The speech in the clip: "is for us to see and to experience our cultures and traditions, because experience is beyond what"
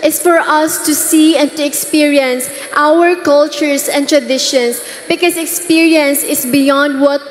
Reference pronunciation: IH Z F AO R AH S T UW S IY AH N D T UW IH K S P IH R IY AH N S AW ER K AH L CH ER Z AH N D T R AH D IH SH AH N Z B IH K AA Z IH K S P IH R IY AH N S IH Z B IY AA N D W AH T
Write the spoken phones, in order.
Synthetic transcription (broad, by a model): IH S F AO R AH S T UW S IY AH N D T UW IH K S P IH R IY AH N S AW ER K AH L CH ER S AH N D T R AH D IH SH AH N S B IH K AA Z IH K S P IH R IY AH N S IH S B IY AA N D W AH T